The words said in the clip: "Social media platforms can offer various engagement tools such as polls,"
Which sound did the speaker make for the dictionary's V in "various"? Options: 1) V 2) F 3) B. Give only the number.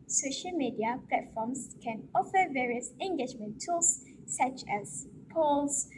1